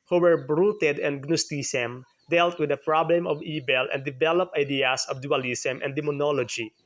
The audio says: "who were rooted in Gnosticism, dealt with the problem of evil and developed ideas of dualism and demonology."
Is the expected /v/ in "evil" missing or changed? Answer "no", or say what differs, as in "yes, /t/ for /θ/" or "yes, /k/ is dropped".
yes, /b/ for /v/